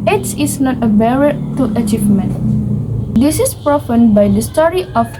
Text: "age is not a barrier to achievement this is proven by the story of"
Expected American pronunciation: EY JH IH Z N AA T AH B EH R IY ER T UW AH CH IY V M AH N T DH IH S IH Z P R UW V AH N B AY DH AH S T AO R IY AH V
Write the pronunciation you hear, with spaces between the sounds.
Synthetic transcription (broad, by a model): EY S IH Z N AA T AH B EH R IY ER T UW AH CH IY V M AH N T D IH S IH S P R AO F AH N B AY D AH S T AO R IY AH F